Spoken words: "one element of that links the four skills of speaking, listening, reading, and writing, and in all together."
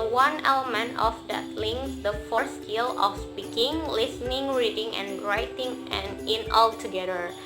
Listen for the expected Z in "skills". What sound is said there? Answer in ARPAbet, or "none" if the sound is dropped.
none